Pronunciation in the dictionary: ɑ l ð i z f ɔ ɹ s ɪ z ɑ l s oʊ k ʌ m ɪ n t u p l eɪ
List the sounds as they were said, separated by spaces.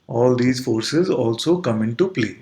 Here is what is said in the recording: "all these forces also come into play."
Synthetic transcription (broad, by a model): ɑ l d i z f ɔ ɹ s ɪ z ɑ l s oʊ k ʌ m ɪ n t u p l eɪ